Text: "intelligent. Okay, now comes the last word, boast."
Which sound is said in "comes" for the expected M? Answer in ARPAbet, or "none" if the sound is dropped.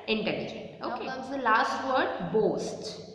none